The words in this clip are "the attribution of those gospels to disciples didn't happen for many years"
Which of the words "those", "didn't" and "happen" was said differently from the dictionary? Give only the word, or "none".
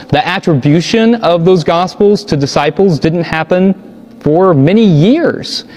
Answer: none